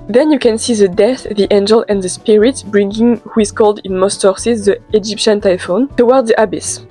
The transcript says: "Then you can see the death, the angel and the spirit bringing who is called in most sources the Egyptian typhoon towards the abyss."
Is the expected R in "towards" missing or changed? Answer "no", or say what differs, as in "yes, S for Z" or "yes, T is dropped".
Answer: yes, W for R